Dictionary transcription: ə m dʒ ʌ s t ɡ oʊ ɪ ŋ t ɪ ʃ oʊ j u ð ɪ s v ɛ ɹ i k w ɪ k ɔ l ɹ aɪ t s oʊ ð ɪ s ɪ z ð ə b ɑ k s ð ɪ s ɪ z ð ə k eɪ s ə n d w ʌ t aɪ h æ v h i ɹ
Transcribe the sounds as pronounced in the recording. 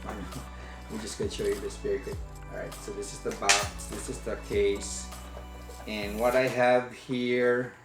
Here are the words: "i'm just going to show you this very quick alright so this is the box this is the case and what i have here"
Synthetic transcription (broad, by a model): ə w dʒ ʌ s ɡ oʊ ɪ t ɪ ʃ oʊ j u ð ɪ s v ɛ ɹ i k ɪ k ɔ ɹ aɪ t s oʊ ð ɪ s ɪ z ð ə b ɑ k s ð ɪ s ɪ z ð ə k eɪ s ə n w ʌ t aɪ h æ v h i ɹ